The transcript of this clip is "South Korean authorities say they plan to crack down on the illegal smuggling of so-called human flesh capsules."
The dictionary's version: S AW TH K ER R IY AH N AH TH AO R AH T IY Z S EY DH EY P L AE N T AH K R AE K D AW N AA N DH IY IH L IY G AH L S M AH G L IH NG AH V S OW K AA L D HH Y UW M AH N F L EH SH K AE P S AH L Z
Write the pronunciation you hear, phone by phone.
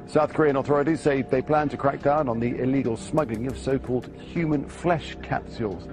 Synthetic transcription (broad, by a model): S AW TH K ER R IY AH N AH TH AO R AH T IY Z S EY DH EY P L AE N T AH K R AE K D AW N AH N DH IY IH L IY G AH L S M AH G L IH NG AH V S OW K AA L D HH Y UW M AH N F L EH SH K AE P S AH L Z